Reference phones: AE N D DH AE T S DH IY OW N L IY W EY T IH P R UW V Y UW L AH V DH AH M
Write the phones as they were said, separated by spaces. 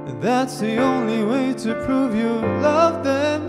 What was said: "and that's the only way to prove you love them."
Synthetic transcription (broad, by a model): DH AE T S DH IY OW N L IY W EY T IH P R UW V Y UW L AH V DH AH M